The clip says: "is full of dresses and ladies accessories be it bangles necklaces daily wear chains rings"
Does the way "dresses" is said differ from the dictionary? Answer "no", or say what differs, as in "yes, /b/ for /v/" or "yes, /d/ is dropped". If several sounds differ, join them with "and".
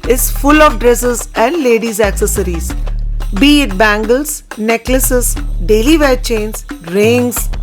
no